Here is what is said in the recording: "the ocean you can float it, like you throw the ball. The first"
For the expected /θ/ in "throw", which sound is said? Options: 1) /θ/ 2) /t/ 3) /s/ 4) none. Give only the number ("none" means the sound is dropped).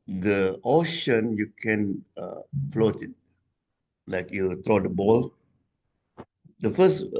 2